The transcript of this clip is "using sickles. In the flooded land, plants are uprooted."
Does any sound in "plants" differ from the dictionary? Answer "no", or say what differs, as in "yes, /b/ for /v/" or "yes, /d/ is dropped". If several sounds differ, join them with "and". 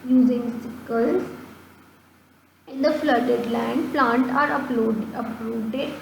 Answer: yes, /s/ is dropped